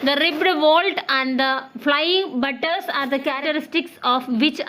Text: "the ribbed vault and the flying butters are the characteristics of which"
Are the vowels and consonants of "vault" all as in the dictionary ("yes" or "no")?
yes